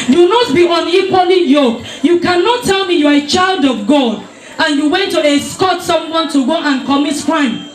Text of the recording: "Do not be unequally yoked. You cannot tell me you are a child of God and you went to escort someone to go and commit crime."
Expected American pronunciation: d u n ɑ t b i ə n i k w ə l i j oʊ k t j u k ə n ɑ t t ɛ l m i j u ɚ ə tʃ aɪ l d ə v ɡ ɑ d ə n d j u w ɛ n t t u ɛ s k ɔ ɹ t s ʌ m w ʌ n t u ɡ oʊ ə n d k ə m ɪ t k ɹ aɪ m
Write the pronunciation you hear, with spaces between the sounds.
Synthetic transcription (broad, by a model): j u n ɑ t b i ə n i k w ə l i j oʊ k j u k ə n ɑ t t ɛ l m i j u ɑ ə tʃ aɪ l d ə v ɡ ɑ d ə n j u w ɛ n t t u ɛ s k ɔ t s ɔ m w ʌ n t u ɡ oʊ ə n k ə m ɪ t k ɹ aɪ m